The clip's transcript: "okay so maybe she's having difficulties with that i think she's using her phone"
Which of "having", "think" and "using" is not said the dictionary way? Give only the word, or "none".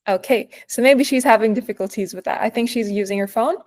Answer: none